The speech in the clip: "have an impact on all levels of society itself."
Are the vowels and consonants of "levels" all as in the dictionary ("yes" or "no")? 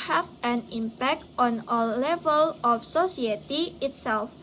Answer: no